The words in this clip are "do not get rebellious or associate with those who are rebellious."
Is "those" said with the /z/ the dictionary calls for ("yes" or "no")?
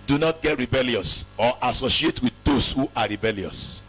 no